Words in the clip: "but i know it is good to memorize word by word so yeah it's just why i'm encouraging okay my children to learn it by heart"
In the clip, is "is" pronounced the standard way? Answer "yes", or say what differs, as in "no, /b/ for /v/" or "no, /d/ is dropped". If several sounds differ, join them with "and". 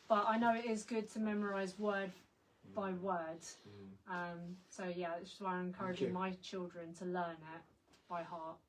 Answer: yes